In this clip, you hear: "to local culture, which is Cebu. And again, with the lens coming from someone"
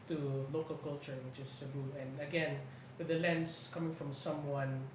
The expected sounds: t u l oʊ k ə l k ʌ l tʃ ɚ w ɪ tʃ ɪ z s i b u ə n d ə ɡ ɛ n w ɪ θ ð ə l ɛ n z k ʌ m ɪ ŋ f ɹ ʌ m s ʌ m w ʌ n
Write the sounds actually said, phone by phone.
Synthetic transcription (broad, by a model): t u l oʊ k ə l k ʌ l tʃ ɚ w ɪ tʃ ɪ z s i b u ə n ə ɡ ɛ n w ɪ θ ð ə l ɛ n s k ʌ m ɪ ŋ f ɹ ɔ m s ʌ m w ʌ n